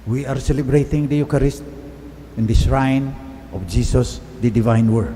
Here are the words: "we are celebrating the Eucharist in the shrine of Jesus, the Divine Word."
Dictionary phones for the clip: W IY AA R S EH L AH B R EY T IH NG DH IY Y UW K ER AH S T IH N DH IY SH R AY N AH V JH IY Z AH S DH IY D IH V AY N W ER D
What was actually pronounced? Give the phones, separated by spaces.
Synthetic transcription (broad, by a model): W IY AA R S EH L AH B R EY T IH NG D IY Y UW K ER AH S T IH N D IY S R AY N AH F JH IY S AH S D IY D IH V AY N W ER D